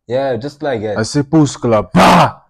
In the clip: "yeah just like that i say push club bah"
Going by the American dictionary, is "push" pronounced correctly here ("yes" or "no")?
no